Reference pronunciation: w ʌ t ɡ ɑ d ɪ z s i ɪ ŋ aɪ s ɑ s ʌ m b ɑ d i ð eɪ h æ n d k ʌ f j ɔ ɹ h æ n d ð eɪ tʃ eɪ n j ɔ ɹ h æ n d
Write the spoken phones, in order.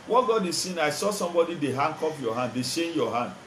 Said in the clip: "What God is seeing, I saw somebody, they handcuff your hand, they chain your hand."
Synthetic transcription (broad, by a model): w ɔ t ɡ ɑ d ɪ s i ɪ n aɪ s ɑ s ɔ m b ɑ d i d eɪ h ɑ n k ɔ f j ɔ h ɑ n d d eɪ ʃ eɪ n j ɔ h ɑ n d